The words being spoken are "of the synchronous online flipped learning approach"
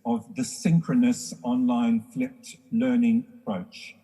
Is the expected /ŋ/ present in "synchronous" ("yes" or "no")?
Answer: yes